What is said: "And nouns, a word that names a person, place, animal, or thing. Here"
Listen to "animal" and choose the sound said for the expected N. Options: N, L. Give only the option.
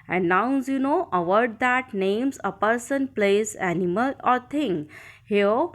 N